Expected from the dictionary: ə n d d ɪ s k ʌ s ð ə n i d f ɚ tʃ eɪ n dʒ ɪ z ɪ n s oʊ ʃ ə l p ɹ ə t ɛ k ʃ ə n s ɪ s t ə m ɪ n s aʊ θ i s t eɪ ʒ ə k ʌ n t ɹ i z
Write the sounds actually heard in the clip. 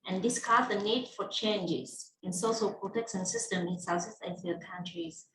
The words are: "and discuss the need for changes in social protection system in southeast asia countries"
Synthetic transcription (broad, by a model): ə n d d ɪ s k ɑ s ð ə n i d f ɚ tʃ eɪ n dʒ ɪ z ɪ n s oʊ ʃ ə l p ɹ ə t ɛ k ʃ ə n s ɪ s t ə m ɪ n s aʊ s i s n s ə k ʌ n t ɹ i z